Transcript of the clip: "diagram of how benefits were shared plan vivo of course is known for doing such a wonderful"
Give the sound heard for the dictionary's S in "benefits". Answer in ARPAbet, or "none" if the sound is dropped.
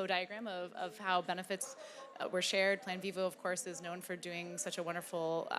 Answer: S